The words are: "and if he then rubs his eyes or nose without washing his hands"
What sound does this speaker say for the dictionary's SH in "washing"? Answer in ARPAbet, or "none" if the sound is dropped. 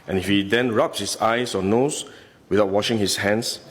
SH